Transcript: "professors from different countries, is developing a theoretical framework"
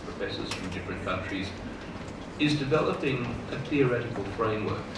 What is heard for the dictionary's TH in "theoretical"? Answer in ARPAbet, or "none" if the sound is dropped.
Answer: TH